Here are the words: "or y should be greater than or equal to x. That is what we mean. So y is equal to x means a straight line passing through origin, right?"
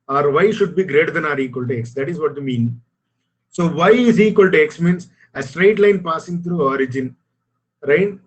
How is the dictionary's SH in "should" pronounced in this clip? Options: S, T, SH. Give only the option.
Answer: SH